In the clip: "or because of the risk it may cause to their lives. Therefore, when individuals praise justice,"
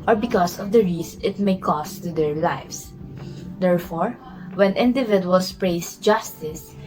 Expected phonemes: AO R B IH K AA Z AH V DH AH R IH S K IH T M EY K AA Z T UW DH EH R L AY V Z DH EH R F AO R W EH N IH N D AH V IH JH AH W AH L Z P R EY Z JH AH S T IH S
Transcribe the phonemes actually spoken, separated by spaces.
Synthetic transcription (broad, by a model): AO R B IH K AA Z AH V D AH R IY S IH T M EY K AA S T UW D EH R L AY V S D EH R F AO R W EH N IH N D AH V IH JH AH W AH L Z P R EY S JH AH S T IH S